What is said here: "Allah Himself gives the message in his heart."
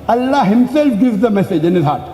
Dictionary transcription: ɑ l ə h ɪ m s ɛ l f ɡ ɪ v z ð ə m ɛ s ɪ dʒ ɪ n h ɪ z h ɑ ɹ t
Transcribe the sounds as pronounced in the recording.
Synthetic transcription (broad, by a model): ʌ l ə h ɪ m s ɛ l f ɡ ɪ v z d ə m ɛ s ɪ dʒ ɪ n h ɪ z h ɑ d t